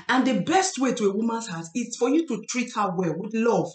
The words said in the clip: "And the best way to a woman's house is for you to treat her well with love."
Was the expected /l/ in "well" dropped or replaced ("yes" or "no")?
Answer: no